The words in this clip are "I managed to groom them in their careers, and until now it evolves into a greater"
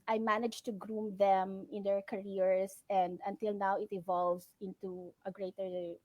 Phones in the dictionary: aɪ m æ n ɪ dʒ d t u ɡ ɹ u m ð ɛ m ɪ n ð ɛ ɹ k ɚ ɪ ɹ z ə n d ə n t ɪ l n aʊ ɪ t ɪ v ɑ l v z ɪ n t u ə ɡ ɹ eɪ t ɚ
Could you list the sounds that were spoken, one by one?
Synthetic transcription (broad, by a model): aɪ m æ n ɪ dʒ t u ɡ ɹ u m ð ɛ m ɪ n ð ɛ ɹ k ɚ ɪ ɹ s ə n d ə n t ɪ l n aʊ ɪ t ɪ v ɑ l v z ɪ n t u ə ɡ ɹ eɪ t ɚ